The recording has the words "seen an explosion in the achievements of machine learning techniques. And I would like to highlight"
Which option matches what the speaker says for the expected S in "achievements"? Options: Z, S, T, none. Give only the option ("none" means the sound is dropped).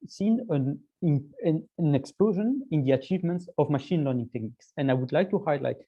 S